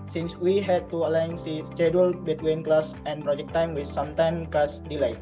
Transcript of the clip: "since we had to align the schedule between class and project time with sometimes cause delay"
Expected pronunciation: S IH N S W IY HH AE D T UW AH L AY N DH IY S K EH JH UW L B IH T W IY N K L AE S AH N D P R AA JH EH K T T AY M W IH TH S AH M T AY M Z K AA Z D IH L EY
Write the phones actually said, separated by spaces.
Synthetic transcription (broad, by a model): S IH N S W IY HH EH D T UW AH L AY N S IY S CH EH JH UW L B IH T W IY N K L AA S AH N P R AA JH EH K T T AY M W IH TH S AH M T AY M K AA S D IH L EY